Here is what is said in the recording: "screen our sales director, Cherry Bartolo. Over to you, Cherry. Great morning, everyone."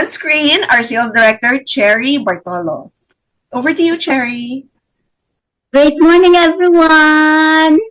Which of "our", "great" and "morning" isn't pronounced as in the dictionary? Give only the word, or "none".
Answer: none